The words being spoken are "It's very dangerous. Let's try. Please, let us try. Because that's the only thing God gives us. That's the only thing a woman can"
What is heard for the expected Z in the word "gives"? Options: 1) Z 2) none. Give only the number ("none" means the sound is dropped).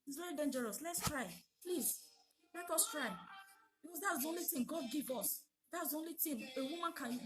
2